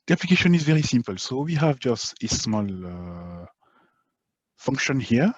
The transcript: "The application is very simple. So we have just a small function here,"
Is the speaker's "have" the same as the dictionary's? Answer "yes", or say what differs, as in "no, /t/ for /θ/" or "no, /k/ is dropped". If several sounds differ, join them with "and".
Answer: yes